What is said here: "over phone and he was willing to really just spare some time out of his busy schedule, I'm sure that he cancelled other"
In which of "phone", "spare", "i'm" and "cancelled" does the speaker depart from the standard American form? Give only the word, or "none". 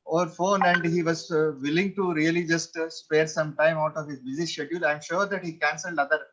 none